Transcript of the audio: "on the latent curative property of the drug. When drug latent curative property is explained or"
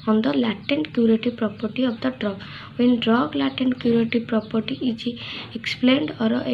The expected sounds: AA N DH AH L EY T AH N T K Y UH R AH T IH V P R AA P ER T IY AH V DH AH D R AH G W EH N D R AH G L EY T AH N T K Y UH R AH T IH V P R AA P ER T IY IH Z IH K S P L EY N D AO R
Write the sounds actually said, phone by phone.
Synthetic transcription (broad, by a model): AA N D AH L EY T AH N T K Y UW R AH T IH P R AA P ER T IY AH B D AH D R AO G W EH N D R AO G L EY T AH N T K Y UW R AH T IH P R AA P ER T IY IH IH K S P L EY N D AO R